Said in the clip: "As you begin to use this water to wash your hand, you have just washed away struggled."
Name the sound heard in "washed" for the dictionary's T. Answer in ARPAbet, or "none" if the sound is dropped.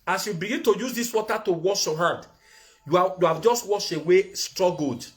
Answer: none